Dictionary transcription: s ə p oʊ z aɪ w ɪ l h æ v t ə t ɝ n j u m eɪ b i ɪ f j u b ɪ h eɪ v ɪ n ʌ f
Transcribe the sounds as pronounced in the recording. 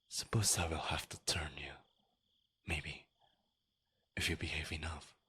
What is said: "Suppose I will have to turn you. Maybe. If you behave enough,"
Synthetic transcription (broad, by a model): s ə p oʊ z aɪ w ɪ l h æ f t ə t ɝ n j u m eɪ b i ɪ f j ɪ b ɪ h eɪ v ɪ n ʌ f